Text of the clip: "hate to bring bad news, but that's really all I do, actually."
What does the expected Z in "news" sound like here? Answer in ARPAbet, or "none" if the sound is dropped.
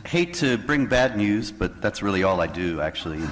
Z